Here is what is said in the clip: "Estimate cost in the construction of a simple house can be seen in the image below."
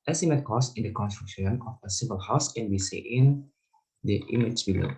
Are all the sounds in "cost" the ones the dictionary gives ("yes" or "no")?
no